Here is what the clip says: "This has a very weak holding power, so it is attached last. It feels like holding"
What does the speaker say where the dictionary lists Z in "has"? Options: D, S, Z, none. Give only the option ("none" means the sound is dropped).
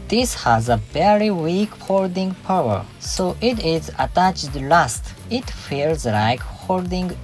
Z